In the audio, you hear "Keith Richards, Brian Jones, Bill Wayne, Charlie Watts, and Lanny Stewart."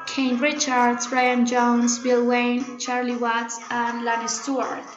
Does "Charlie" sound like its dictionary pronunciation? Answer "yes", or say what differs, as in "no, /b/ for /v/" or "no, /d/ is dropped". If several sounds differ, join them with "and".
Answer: yes